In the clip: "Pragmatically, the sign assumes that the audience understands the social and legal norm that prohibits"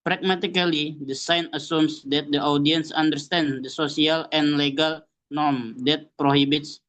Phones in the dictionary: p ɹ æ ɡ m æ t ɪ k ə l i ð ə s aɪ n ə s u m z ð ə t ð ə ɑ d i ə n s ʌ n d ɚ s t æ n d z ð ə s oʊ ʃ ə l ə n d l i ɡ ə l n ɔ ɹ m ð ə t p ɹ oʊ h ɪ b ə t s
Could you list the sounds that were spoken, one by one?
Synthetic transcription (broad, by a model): p ɹ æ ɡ m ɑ t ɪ k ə l i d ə s aɪ n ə s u m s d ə t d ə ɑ d i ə n s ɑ n d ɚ s t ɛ n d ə s oʊ s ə l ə n l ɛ ɡ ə l n ɔ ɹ m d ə t p ɹ oʊ h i b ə t s